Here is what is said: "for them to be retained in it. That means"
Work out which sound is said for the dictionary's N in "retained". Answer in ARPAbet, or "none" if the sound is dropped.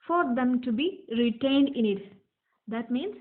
N